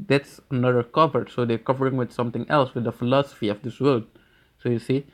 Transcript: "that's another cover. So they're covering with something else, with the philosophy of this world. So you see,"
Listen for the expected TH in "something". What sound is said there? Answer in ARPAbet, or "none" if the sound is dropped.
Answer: T